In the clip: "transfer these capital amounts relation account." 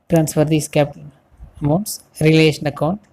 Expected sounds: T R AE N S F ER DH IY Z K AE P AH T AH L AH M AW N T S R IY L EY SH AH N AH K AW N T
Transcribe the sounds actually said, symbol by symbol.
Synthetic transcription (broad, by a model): T R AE N S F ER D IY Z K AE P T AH N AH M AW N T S R IY L EY SH AH N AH K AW N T